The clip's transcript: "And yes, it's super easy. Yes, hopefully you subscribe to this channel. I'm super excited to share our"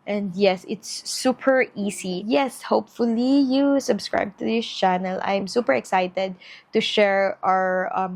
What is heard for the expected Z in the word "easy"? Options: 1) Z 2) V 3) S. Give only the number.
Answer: 3